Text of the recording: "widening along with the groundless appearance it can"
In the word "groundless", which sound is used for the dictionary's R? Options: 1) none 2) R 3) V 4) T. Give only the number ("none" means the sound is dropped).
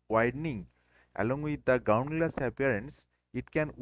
1